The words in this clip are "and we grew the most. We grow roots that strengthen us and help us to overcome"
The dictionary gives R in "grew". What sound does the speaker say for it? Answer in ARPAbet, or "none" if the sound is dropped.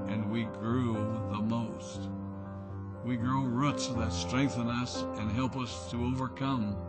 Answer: R